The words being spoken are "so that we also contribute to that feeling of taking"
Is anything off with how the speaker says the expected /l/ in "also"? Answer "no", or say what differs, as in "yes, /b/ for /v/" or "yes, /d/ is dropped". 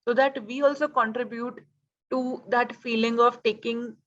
no